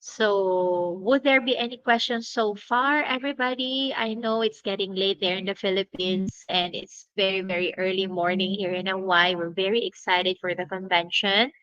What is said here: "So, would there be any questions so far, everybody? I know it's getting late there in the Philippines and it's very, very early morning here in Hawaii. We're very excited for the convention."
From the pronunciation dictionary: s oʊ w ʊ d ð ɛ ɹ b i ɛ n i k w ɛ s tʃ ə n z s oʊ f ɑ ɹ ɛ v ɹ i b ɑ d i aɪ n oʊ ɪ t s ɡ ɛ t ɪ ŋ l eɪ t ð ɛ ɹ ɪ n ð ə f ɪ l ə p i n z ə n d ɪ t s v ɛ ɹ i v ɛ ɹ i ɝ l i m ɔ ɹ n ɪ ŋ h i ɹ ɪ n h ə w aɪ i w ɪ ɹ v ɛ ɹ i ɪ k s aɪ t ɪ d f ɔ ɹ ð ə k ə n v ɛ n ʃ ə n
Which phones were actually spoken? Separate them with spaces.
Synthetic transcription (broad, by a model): s oʊ w ʊ d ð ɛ ɹ b i ɛ n i k w ɛ s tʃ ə n s oʊ f ɑ ɹ ɛ v ɹ i b ɑ d i aɪ n oʊ ɪ t s ɡ ɛ t ɪ ŋ l eɪ t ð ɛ ɹ ɪ n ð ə f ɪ l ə p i n s ə n d ɪ t s v ɛ ɹ i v ɛ ɹ i ɝ l i m ɔ ɹ n ɪ ŋ h i ɹ ɪ n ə w aɪ w ɪ ɹ v ɛ ɹ i ɪ k s aɪ t ɪ d f ɔ ɹ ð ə k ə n v ɛ n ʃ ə n